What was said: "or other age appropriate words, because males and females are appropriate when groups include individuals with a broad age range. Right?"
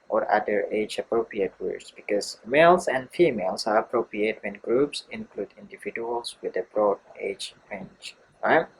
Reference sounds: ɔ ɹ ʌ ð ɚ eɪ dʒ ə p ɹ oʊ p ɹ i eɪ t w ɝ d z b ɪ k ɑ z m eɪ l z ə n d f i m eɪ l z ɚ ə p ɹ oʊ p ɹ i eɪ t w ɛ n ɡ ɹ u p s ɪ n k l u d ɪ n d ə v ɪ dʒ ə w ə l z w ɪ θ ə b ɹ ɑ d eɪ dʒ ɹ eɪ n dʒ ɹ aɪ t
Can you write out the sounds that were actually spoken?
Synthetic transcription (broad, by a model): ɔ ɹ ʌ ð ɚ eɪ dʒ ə p ɹ oʊ p ɹ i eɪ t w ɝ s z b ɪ k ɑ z m eɪ l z ə n d f i m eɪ l s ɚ ə p ɹ oʊ p ɹ i eɪ t w ɛ n ɡ ɹ u p s ɪ n k l u d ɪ n d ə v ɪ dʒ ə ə l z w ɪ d ə b ɹ ɑ d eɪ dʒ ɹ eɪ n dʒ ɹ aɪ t